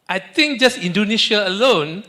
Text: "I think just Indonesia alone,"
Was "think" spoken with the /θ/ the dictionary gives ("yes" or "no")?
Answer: no